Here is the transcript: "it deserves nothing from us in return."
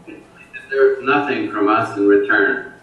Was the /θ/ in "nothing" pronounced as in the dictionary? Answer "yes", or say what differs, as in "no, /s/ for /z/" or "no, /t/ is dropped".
yes